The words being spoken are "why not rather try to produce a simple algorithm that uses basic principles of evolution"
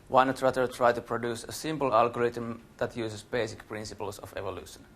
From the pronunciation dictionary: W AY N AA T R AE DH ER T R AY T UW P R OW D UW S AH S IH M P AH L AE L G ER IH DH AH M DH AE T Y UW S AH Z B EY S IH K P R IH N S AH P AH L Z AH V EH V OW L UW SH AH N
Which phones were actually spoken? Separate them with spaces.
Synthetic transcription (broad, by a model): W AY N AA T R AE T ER T R AY T UW P R OW D UW S AH S IH M P AH L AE L G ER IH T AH M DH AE T Y UW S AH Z B EY S IH K P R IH N S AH P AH L S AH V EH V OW L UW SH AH N